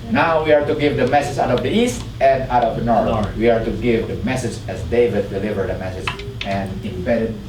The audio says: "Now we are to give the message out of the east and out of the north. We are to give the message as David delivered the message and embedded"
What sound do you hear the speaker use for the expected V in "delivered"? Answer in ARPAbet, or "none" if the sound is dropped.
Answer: V